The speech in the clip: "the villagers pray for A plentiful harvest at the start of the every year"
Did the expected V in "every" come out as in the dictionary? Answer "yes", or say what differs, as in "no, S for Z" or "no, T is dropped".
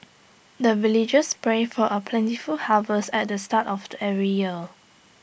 no, V is dropped